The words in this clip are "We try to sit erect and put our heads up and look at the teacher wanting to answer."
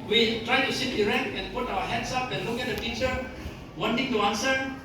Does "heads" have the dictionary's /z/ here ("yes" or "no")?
no